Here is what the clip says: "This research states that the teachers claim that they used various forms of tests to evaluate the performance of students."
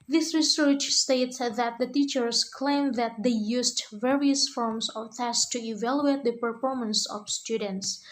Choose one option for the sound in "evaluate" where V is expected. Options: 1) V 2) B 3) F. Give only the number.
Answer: 1